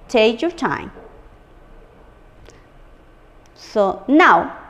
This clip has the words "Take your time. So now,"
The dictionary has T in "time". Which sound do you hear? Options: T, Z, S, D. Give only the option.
T